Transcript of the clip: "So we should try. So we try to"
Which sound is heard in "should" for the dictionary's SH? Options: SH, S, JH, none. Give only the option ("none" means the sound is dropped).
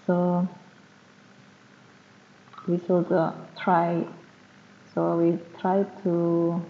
S